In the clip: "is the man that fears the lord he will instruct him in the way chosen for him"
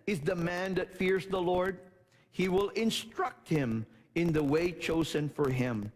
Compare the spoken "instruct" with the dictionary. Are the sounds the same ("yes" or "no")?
yes